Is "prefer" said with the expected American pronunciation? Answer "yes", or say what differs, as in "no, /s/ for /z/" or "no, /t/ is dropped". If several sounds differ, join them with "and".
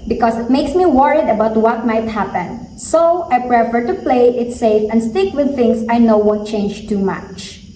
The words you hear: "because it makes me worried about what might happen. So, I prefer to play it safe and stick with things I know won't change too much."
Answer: yes